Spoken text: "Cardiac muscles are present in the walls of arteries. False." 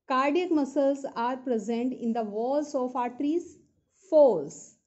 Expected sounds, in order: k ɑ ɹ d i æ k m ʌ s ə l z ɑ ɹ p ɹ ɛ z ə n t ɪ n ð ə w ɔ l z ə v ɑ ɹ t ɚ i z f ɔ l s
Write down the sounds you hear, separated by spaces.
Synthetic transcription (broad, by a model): k ɑ ɹ d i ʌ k m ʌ s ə l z ɑ ɹ p ɹ ɛ z ə n t ɪ n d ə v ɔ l s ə f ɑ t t i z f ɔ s